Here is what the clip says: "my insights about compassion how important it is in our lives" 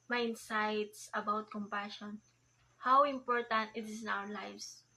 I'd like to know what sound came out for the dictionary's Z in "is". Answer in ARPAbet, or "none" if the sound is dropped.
S